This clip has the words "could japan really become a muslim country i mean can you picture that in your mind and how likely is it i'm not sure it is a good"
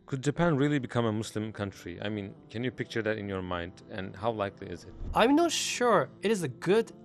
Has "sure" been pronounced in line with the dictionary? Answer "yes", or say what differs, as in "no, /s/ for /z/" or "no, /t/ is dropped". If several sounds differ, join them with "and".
yes